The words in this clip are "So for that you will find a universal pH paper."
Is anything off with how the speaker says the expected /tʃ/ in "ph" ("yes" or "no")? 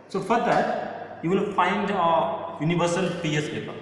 yes